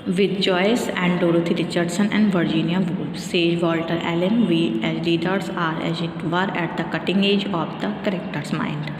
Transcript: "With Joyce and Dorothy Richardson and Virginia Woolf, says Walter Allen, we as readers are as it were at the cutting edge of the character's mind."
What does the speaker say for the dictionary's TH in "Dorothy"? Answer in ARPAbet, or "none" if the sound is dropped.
T